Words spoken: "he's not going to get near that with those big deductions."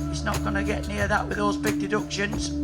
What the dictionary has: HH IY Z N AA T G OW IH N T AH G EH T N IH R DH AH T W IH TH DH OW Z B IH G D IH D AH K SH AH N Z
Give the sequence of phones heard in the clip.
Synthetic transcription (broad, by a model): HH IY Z N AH T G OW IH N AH G EH T N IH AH DH AH T W IH DH OW Z B IH G D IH D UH K SH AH N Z